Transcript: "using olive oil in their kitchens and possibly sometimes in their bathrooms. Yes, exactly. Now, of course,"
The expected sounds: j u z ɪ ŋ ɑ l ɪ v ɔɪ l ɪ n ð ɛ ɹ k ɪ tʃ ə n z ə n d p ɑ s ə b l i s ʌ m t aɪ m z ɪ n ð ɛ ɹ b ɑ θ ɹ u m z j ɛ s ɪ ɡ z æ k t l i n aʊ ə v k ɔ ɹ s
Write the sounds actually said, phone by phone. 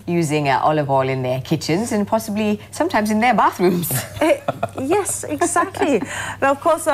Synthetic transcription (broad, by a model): j u z ɪ ŋ ɑ l ɪ v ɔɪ l ɪ n ð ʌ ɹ k ɪ tʃ ə n z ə n p ɑ s ə b l i s ʌ m t aɪ m z ɪ n ð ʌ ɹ b ɑ θ ɹ u m z j ɛ s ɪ ɡ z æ k t l i ə v k ɔ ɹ s